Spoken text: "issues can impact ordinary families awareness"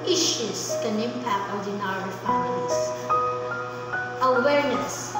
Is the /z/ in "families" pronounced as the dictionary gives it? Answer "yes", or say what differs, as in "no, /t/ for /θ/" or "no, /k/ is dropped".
no, /s/ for /z/